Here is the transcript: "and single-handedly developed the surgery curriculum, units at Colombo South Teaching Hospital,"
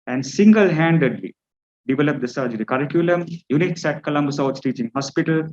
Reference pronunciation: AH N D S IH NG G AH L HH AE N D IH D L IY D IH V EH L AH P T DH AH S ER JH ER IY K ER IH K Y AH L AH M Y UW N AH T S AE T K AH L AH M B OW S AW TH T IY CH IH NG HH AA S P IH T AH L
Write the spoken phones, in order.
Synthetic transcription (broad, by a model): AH N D S IH NG G AH L HH AE N D IH D L IY D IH V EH L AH P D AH S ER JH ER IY K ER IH K Y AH L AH M Y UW N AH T S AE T K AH L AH M B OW S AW S T IY CH IH NG HH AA S P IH T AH L